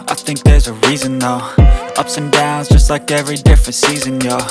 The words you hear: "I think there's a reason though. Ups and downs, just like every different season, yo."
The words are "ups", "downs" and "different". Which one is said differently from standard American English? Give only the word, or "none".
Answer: none